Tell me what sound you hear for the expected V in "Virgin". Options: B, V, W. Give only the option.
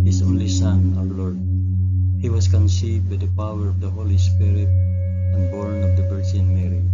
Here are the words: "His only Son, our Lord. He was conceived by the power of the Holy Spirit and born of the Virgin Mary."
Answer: B